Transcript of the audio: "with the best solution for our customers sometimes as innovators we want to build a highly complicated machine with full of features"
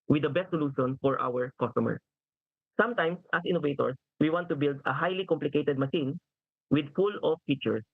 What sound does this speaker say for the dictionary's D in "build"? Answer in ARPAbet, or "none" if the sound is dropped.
D